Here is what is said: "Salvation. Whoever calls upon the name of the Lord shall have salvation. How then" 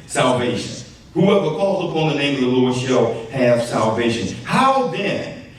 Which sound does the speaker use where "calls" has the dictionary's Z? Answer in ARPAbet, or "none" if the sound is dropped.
Z